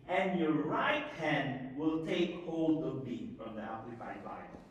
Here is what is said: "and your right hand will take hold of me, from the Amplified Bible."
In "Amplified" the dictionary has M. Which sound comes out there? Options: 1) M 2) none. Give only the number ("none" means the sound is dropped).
2